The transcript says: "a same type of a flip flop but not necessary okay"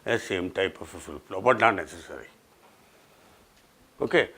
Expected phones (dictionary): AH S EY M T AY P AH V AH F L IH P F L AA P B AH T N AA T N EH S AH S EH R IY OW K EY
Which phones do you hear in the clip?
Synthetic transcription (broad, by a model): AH S EY M T AY P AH F AH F IH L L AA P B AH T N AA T N EH S AH S EH R IY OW K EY